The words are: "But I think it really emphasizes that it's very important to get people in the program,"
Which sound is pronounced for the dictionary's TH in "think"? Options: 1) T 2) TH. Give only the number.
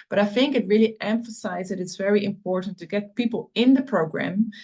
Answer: 2